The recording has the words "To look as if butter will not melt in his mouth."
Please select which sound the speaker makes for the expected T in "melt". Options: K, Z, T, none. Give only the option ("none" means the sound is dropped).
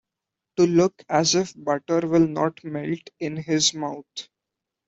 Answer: T